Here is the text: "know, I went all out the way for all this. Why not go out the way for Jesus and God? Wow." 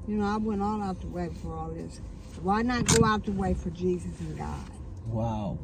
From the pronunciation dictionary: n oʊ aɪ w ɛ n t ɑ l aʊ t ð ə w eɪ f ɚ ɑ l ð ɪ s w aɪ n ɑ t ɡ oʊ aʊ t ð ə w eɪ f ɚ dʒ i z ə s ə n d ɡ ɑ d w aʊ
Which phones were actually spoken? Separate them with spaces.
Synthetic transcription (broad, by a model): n oʊ aɪ w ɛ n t ɑ l aʊ t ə w eɪ f ɚ ɑ l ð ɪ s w aɪ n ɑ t ɡ oʊ aʊ t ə w eɪ f ɚ dʒ i z ə s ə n ɡ ɑ d w aʊ